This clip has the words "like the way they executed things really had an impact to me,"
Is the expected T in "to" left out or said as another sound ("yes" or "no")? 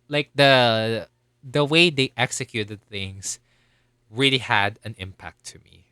no